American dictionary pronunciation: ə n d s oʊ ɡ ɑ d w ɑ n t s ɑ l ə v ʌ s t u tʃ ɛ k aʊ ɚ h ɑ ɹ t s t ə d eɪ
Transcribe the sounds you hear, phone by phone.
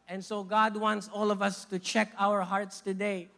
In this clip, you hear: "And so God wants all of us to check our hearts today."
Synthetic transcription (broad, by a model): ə n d s oʊ ɡ ɑ d w ɑ n t s ɑ l ə v ʌ s t u tʃ ɛ k aʊ ɚ h ɑ ɹ t s t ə d eɪ